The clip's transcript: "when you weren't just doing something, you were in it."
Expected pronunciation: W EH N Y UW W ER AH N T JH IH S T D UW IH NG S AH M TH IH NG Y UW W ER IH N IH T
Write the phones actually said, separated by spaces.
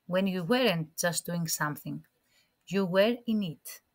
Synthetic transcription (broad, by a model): W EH N Y UW W ER AH N T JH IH S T D UW IH NG S AH M TH IH NG Y UW W ER IH N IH T